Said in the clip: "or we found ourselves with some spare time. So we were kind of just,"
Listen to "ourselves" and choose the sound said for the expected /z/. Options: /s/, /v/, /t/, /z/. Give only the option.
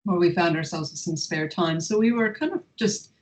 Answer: /z/